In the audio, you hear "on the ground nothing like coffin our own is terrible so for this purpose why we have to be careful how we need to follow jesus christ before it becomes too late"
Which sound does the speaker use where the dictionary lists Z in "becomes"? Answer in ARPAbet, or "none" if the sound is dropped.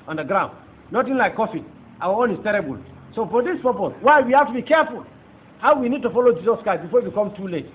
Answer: none